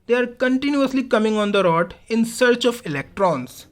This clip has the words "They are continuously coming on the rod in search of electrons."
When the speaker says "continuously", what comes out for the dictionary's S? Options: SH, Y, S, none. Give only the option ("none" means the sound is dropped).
S